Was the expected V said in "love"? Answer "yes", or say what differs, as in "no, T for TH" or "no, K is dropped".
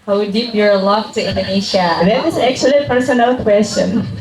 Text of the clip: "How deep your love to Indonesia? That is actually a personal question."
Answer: no, F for V